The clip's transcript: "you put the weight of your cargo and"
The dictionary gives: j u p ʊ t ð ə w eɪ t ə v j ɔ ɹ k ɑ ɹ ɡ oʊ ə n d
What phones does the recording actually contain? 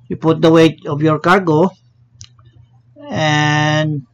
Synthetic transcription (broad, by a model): j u p ʊ t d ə w eɪ t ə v j ɔ ɹ k ɑ ɹ ɡ oʊ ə n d